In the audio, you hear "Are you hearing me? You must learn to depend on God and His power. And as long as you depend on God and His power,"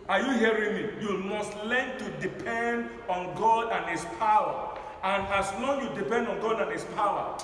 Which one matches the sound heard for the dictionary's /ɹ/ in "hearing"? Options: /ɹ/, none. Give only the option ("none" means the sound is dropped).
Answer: /ɹ/